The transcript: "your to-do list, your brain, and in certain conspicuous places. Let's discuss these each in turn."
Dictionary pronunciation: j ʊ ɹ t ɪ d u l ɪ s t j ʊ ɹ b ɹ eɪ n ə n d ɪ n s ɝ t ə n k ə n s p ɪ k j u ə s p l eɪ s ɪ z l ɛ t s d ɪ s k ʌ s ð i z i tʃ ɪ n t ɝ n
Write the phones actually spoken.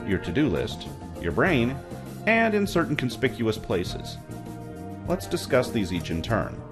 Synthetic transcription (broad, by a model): j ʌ ɹ t ɪ d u l ɪ s t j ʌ ɹ b ɹ eɪ n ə n ɪ n s ɝ t n k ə n s p ɪ k j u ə s p l eɪ s ɪ z l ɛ t s d ɪ s k ʌ s ð i z i tʃ ɪ n t ɝ n